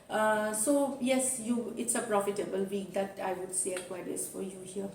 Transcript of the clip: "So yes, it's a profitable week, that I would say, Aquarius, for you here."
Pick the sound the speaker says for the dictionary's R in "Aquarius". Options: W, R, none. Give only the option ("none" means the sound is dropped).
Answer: none